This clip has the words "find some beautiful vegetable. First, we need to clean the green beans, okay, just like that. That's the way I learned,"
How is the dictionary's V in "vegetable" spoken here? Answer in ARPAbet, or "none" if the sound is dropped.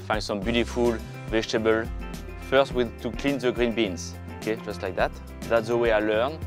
V